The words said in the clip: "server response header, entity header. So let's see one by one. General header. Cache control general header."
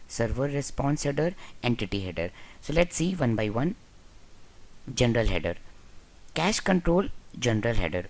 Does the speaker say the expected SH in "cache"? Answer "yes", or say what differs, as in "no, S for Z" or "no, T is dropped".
yes